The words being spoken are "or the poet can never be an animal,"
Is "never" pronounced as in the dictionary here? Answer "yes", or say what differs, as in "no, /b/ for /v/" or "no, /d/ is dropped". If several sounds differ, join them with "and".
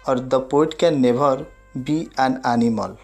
no, /b/ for /v/